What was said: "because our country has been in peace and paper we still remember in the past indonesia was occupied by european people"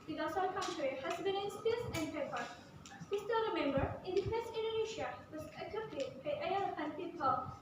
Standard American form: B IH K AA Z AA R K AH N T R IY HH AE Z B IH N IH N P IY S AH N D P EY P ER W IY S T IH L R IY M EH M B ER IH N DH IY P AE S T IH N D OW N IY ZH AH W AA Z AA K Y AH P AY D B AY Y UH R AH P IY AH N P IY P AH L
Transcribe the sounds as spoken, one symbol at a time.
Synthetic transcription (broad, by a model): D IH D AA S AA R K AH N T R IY HH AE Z B IH N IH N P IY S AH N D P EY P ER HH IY S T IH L R IY M EH M B ER IH N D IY F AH S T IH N D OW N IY SH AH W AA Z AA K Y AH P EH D B AY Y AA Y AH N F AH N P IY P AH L